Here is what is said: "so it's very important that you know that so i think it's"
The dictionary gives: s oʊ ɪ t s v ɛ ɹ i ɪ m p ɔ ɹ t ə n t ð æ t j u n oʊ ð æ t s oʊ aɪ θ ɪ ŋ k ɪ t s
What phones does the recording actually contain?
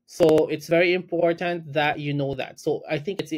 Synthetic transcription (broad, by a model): s oʊ ɪ t s v ɛ ɹ i ɪ m p ɔ ɹ t ə n t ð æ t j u n oʊ ð æ t s oʊ aɪ θ ɪ ŋ k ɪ t s